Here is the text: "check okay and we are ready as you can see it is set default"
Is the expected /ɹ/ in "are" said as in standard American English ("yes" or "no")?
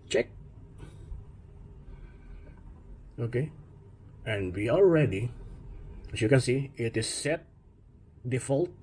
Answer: no